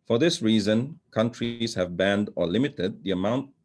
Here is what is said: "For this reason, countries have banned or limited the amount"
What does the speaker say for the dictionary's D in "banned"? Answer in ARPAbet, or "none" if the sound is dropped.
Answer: D